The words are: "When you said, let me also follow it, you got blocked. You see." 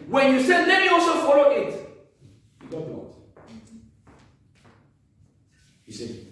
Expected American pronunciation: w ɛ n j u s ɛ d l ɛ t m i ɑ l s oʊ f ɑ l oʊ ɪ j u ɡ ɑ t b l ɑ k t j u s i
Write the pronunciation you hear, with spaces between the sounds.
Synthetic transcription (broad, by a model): w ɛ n j u s ɛ d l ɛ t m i ɑ l s oʊ f ɑ l oʊ ɪ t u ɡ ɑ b ɑ t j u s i